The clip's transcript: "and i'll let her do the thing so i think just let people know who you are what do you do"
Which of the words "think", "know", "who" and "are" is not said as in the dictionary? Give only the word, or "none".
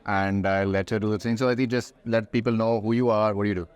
think